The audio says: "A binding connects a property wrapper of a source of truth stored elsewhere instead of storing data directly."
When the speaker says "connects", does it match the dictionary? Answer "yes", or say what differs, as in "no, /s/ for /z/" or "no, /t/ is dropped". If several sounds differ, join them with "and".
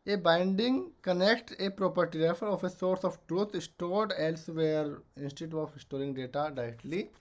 no, /s/ is dropped